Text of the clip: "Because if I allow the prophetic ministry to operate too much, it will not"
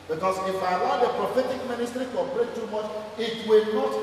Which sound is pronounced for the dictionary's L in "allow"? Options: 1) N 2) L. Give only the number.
1